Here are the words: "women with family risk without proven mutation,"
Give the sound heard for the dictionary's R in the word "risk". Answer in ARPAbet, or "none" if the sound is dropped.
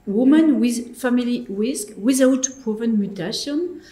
W